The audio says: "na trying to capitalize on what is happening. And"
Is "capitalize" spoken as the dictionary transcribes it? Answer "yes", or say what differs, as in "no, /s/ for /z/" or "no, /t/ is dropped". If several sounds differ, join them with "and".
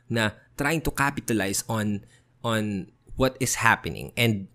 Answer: no, /s/ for /z/